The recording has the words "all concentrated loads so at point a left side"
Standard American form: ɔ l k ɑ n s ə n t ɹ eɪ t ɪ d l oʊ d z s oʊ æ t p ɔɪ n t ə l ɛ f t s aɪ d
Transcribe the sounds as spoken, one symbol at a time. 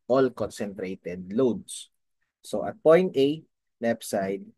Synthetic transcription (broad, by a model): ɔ l k ɑ n s ə n t ɹ eɪ t ɪ d l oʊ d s s oʊ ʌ t p ɔɪ n t ə n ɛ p s aɪ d